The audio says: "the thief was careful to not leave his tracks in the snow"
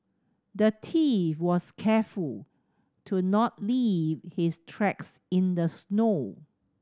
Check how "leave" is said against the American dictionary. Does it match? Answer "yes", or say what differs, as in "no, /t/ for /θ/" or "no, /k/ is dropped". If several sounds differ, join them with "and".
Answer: yes